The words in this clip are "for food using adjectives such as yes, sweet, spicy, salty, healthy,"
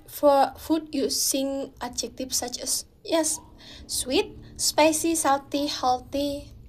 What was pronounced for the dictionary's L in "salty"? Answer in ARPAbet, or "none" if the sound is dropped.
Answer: W